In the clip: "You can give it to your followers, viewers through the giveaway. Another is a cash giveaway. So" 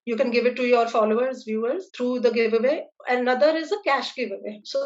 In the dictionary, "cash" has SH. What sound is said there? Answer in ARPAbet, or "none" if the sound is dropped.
SH